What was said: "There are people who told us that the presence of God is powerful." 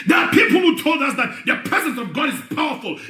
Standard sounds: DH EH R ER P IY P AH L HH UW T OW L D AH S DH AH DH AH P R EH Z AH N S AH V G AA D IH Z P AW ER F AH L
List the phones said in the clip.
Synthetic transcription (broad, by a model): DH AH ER P IY P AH L HH UW T OW L D AH S DH AH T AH P R EH Z AH N S AH V G AA D IH Z P AW ER F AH L